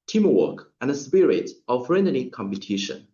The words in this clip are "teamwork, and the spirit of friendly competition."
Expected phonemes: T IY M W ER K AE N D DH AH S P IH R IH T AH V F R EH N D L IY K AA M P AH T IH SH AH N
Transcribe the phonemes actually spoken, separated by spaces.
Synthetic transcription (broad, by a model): T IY M W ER K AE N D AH S P IH R IH T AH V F R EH N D N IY K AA M P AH T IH SH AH N